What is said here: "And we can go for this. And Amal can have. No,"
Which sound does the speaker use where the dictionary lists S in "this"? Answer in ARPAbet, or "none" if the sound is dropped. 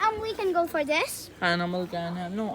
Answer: S